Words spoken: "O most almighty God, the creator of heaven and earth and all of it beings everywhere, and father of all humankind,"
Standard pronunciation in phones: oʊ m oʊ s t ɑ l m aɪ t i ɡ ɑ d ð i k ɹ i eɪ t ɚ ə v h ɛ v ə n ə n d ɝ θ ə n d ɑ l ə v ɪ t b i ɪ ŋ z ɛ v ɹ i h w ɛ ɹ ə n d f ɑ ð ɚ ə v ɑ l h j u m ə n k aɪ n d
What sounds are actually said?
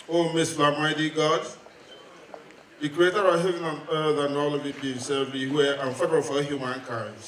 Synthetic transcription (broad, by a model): oʊ m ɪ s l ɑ m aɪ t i ɡ ɑ d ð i k ɹ i eɪ t ɚ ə h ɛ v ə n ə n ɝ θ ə n ɑ l ə v ɪ t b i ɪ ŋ s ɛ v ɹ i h w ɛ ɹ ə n f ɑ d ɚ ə f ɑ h j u m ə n k aɪ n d